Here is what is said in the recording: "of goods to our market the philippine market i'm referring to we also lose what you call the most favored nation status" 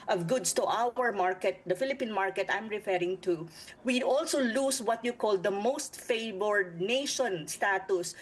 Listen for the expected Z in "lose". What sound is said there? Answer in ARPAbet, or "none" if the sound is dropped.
S